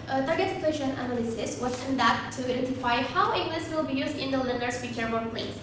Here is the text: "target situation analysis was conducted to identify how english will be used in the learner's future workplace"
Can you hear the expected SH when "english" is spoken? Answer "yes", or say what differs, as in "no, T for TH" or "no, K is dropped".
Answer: no, S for SH